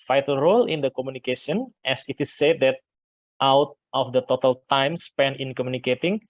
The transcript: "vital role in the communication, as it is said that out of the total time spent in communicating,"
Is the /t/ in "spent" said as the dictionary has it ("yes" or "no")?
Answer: no